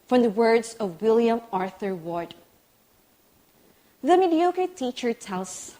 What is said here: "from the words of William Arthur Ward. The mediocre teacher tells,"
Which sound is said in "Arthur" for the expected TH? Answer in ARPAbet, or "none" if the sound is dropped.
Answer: TH